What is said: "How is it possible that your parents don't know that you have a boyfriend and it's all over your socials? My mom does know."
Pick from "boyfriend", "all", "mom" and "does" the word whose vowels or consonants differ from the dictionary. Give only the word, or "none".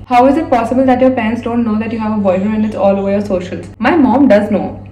boyfriend